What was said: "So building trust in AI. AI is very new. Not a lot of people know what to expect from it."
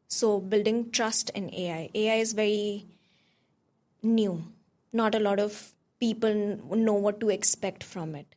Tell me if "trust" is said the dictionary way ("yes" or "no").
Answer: yes